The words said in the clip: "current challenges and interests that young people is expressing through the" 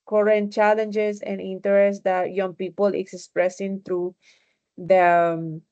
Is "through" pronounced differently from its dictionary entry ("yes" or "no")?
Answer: yes